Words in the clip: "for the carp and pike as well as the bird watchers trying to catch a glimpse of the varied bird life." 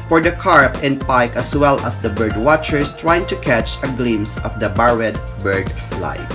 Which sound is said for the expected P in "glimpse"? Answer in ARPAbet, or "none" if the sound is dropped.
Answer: none